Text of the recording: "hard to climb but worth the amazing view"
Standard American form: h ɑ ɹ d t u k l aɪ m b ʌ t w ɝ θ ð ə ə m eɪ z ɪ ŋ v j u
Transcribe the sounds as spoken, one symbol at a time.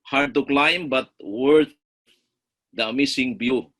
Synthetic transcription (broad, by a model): h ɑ ɹ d t u k l aɪ m b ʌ t w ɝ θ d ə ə m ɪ s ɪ ŋ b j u